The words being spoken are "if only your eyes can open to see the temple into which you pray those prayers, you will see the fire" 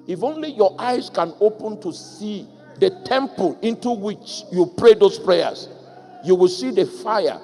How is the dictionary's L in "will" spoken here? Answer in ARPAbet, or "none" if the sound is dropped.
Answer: L